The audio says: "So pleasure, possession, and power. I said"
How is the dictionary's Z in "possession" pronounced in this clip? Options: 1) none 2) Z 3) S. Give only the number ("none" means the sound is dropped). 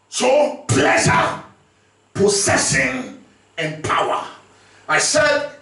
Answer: 3